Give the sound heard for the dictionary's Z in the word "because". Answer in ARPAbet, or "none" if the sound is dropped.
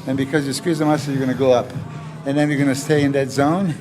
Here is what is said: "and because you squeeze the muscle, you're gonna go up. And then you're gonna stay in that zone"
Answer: Z